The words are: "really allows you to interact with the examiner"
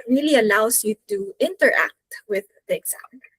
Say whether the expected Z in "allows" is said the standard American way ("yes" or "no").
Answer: no